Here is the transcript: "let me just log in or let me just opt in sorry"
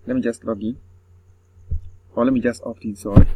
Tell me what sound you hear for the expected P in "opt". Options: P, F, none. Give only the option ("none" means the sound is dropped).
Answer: F